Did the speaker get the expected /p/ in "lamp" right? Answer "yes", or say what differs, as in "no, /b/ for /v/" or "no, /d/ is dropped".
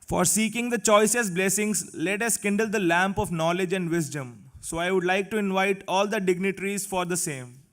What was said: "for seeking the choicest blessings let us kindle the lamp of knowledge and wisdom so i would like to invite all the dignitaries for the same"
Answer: yes